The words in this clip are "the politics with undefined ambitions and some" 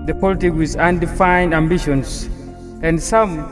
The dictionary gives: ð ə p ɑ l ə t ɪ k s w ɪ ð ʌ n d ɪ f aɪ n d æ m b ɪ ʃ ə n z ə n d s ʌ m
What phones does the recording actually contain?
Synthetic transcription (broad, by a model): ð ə p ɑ l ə t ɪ k w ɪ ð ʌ n d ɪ f aɪ n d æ m b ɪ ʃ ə n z ə n d s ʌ m